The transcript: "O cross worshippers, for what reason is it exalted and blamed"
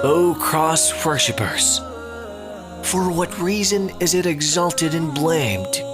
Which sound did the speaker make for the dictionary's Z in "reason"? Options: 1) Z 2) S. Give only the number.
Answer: 1